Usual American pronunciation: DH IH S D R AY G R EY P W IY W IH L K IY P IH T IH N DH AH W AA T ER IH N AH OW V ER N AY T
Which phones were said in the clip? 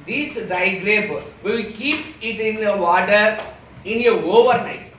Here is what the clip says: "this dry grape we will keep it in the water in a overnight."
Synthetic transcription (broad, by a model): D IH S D AY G R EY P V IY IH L K IY P IH T IH N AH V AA T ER IH N AH OW V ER N AY T